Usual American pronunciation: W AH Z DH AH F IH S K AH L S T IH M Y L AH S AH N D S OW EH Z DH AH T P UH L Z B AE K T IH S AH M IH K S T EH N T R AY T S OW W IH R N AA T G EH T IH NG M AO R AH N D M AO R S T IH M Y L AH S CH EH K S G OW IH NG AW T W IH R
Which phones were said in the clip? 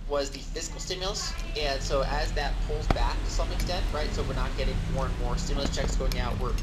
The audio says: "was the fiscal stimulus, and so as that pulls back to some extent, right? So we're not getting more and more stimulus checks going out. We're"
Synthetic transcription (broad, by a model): W AH Z DH AH F IH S K L S T IH M Y L AH S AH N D S OW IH Z DH AH T P UH L Z B AE K T IH S AH M IH K S T EH N T R AY T S OW W IH R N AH T G EH T IH NG M AO R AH N M AO R S T IH M Y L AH S CH EH K S G OW IH NG AW T W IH R